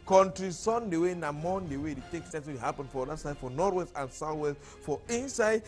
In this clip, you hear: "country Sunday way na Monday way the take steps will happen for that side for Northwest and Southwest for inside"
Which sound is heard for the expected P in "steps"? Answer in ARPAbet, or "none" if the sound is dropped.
none